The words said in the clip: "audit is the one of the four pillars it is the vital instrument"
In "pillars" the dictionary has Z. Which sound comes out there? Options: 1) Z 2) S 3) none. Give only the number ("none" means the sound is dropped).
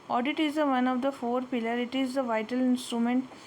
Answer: 3